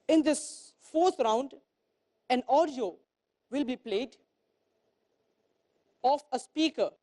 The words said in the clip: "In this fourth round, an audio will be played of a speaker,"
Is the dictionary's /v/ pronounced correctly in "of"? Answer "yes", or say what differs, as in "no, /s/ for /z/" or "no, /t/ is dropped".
no, /f/ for /v/